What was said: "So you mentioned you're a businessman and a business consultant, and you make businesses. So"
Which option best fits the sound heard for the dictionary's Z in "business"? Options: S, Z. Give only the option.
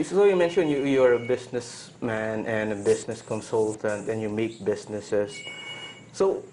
S